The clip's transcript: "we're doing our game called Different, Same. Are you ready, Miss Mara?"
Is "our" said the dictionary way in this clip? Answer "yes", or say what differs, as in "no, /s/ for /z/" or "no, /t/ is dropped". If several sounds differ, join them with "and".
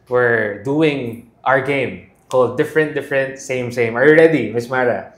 yes